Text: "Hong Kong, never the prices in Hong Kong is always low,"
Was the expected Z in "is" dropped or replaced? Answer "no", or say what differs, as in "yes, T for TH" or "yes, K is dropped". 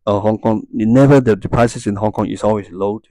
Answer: yes, S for Z